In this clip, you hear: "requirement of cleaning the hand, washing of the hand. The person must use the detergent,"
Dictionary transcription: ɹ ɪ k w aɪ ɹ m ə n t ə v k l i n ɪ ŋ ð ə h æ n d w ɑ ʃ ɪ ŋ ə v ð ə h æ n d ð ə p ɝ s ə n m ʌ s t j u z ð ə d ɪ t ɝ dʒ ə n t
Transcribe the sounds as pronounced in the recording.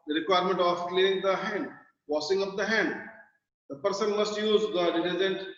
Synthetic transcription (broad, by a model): ɹ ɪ k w aɪ ɹ m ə n t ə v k l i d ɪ ŋ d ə h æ n d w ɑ s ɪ ŋ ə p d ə h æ n d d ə p ɝ s ə n m ʌ s t j u z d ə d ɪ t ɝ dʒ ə n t